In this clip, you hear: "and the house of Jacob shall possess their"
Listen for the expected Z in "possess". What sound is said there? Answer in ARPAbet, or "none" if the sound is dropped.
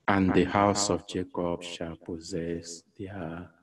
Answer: Z